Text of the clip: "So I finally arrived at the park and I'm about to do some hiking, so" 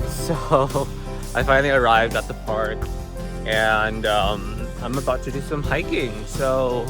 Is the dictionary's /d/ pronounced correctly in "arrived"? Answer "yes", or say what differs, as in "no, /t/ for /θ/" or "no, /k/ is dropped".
yes